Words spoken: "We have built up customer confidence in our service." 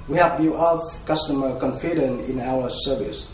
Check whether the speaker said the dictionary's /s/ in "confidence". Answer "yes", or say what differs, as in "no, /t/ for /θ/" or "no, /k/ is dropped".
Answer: no, /s/ is dropped